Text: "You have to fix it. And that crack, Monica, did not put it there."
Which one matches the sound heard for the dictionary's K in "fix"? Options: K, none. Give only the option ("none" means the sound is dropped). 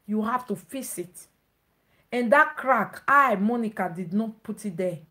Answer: none